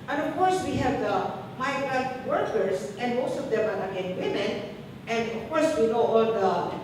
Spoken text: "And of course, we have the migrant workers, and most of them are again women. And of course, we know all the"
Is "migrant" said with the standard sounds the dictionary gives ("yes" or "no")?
no